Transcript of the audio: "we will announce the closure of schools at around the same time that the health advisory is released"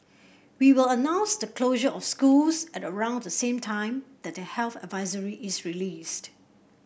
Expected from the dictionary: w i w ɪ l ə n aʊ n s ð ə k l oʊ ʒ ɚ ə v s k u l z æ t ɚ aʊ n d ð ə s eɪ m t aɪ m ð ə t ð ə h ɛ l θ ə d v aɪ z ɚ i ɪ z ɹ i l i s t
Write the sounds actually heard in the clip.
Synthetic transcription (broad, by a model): w i w ɪ l ə n aʊ n s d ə k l oʊ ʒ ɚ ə f s k u l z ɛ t ɚ aʊ n d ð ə s eɪ m t aɪ m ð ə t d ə h ɛ l θ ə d v aɪ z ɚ i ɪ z ɹ i l i s t